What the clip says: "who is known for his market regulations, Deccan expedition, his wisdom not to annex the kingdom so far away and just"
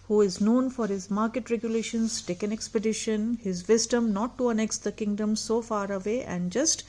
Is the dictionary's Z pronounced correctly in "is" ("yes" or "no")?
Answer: yes